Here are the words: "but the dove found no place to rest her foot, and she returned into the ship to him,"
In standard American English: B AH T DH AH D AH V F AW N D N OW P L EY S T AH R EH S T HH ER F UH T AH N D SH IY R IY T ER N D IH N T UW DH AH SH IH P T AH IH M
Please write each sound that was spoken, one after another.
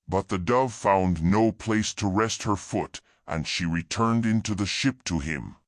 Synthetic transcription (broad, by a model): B AH T DH AH D AH V F AW N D N OW P L EY S T AH R EH S T HH ER F UH T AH N SH IY R IY T ER N D IH N T UW DH AH SH IH P T AH IH M